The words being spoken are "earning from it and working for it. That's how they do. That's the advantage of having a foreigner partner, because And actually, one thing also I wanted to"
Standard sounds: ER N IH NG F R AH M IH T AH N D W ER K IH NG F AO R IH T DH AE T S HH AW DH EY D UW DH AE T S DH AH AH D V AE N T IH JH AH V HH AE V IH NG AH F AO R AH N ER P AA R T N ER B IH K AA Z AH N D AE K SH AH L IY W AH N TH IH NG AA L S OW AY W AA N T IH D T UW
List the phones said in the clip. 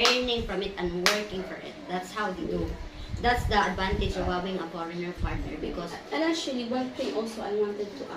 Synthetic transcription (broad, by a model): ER N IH NG F R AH M IH T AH N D W ER K IH NG F AO R IH T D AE T S HH AW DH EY D UW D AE T S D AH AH D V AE N T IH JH AH V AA W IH NG AH F AO R AH N ER P AA R T N ER B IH K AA S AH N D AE SH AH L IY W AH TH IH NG AA L S OW AY W AA N T IH D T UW